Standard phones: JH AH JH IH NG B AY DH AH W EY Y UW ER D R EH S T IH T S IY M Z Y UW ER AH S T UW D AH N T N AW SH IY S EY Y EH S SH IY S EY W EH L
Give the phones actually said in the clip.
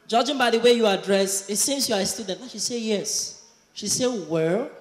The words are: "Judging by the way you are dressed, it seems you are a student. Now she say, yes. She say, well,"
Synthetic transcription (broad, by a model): JH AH JH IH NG B AY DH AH W EY Y UW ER D R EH S IH T S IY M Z Y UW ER AH S T UW D AH N T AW SH IY S EY Y EH S SH IY S EY W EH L